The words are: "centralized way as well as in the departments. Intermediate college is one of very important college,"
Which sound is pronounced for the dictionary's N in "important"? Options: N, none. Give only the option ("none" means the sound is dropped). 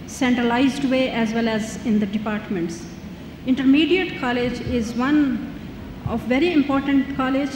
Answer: N